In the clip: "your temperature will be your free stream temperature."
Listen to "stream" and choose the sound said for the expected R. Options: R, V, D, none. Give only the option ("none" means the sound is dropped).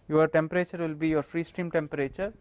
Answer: R